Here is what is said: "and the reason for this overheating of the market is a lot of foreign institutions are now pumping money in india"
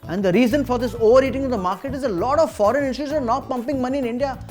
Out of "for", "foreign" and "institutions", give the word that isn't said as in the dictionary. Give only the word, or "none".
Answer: institutions